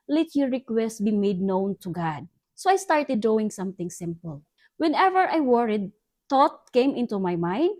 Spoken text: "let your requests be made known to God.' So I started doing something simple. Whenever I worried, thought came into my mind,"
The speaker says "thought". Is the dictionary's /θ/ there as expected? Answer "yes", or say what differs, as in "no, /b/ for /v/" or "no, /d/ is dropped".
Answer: no, /t/ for /θ/